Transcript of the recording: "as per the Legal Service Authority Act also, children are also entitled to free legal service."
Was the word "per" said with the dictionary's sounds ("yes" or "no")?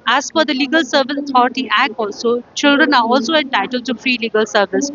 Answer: no